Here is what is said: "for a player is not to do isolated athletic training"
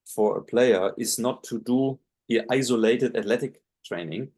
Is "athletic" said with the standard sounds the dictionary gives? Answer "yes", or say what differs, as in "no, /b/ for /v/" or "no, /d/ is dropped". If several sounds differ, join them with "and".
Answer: no, /t/ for /θ/